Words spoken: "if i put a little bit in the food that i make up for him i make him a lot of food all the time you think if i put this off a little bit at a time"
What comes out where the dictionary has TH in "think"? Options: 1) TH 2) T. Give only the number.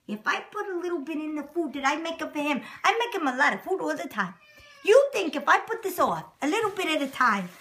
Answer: 1